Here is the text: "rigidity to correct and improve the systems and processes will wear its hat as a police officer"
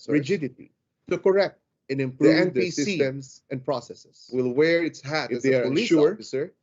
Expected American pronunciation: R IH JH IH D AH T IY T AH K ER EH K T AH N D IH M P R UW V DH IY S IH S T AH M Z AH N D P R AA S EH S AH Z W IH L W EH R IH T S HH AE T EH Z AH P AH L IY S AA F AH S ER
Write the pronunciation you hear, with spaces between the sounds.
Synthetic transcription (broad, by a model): R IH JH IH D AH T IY S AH K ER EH K T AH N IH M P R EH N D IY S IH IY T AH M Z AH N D P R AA S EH S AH S W IH L W EH R IH T S HH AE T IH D AH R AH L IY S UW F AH S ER